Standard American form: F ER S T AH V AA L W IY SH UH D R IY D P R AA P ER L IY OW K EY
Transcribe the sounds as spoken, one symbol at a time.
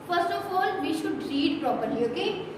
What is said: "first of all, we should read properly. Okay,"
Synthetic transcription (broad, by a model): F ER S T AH F AA L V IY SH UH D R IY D P R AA P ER IY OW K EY